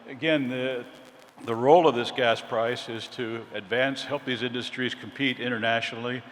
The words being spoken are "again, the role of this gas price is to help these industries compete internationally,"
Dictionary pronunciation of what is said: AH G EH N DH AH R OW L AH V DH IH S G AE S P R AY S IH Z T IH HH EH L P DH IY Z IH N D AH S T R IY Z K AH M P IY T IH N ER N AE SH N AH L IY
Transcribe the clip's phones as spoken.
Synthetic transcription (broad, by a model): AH G EH N DH AH R OW L AH V DH IH S G AE S P R AY S IH Z T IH HH EH L P DH IY Z IH N D AH S T R IY Z K M P IY T IH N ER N AE SH N L IY